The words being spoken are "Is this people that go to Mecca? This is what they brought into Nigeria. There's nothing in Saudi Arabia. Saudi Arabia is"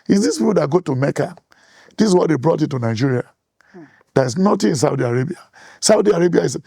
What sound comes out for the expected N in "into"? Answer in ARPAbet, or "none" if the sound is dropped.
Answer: none